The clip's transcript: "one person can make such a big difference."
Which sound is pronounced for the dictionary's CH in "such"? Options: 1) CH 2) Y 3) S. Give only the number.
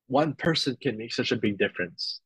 1